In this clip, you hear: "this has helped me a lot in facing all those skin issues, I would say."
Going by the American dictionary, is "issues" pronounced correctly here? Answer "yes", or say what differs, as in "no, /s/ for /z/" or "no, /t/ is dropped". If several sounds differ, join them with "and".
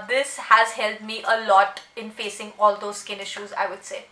yes